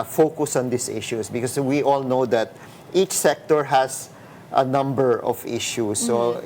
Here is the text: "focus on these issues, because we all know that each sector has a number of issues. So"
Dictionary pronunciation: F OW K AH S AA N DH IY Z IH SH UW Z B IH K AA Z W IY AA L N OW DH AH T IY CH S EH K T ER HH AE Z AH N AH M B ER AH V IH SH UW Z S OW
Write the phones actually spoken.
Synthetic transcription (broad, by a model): F OW K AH S AA N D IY S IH SH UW S B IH K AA S W IY AA L N OW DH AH T IY CH S EH K T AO HH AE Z AH N AH M B ER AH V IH SH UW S OW